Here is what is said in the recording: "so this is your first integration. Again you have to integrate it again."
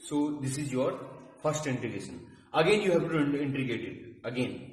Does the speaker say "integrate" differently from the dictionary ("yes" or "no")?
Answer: yes